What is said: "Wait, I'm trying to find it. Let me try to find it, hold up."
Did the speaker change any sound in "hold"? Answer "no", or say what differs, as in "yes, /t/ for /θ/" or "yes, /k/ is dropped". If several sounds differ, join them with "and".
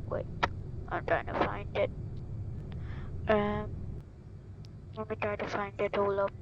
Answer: yes, /d/ is dropped